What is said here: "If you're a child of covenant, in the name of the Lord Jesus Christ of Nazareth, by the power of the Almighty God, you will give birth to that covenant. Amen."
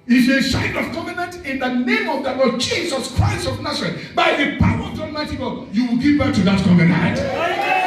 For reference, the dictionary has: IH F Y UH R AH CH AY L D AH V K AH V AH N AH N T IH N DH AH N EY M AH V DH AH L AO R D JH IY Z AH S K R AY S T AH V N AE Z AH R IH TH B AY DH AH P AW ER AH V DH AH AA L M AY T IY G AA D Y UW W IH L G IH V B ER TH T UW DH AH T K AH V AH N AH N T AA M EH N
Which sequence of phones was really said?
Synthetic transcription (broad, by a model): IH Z AH S AY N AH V K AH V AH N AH N T IH N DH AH N EY M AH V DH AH L AO D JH IY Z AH S K R AY S T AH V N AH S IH B AY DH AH P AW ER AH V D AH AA M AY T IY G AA Y UW W IH L G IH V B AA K T UW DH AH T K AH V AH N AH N T